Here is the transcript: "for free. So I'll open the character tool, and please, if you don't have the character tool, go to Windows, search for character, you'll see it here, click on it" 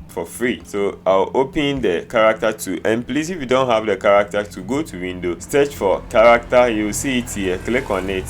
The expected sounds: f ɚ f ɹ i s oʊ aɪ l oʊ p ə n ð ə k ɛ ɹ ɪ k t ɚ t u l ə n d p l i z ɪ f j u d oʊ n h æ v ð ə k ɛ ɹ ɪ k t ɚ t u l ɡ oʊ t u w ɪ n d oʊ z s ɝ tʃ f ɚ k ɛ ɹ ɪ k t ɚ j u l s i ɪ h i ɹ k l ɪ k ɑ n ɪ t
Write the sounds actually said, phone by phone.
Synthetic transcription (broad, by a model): f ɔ f ɹ i s oʊ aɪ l oʊ p ə n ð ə k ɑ ɹ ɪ k t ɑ t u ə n p l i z ɪ f j u d oʊ n h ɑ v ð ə k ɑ ɹ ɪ k t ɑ t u ɡ oʊ t u w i n d oʊ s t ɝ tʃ f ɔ k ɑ ɹ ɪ k t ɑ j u w s i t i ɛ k l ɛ k ɑ n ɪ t